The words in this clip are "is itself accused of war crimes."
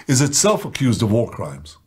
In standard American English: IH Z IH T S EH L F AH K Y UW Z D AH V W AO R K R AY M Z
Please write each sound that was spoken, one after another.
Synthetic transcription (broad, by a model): IH Z IH T S EH L F AH K Y UW Z D AH V W AO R K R AY M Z